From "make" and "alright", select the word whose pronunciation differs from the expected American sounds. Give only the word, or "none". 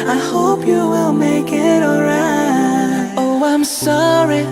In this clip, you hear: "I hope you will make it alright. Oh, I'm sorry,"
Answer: alright